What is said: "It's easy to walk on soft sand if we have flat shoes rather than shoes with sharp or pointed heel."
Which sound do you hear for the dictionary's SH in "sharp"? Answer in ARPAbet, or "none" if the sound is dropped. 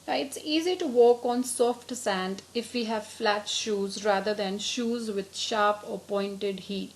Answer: SH